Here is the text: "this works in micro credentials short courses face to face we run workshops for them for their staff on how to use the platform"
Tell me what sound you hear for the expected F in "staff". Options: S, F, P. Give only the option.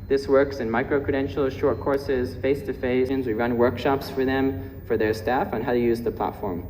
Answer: F